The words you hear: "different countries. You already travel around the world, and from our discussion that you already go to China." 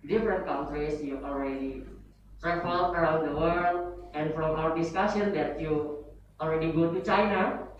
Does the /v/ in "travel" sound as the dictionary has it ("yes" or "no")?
no